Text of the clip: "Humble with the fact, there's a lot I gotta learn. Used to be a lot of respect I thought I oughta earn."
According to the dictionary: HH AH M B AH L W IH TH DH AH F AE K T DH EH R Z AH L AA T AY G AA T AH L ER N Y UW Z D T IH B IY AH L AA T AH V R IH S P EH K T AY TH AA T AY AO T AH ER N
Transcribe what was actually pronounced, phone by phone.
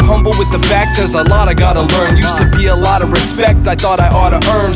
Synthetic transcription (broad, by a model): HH AH M B L W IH DH AH F AE K T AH R Z AH L AA T AY G AA T AH L ER N Y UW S T IH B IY AH L AA T AH V R IH S P EH K T AY TH AA T AY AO T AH ER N